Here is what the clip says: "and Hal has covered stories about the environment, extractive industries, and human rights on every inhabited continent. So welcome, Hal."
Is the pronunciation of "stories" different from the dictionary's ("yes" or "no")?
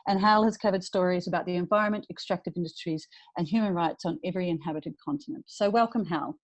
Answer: no